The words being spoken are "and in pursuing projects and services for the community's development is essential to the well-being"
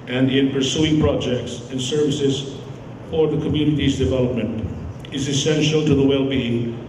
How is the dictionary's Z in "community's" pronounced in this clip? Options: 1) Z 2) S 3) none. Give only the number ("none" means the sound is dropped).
1